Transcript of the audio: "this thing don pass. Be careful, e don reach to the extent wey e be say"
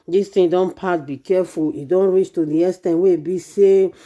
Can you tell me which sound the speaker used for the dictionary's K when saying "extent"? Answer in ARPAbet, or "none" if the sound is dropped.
none